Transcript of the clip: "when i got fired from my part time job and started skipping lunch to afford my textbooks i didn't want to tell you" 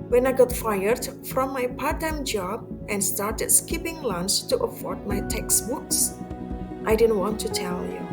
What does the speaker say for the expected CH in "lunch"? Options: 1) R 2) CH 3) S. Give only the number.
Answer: 3